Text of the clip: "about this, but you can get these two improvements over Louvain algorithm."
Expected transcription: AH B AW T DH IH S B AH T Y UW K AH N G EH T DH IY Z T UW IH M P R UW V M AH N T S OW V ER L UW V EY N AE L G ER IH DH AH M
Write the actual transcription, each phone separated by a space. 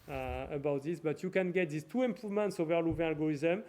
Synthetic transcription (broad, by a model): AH B AW T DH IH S B AH T Y UW K AH N G EH T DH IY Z T UW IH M P UW V M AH N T S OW V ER L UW V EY AA L G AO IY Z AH M